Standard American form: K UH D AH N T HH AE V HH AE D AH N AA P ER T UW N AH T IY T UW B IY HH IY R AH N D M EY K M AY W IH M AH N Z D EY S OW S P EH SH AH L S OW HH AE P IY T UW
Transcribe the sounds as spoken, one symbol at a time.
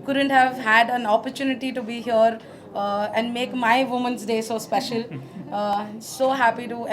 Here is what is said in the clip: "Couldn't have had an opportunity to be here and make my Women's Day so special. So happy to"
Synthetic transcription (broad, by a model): K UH D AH N T HH AE V HH AE D AH N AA P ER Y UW N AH T IY T UW B IY HH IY R AH N D M EY K M AY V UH M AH N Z D EY S OW S P EH SH AH L S OW HH AE P IY T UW